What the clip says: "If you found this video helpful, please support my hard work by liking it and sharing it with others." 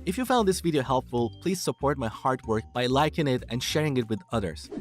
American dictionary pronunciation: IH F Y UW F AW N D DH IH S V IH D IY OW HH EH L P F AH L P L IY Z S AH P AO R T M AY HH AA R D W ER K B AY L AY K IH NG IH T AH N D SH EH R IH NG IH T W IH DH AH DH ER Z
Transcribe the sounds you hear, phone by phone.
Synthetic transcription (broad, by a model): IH F Y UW F AW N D DH IH S V IH D IY OW HH EH L P F AH L P L IY Z S AH P AO R T M AY HH AA R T W ER K B AY L AY K IH NG IH T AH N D SH EH R IH NG IH T W IH DH AH DH ER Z